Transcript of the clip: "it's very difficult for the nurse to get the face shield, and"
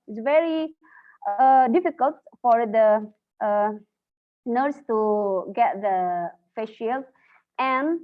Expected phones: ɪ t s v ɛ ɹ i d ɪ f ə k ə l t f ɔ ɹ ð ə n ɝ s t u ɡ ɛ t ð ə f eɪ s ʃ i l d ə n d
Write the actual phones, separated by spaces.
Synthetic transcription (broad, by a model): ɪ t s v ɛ ɹ i d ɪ f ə k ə l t f ɔ ɹ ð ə n ɝ s t u ɡ ɛ t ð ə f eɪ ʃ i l ə n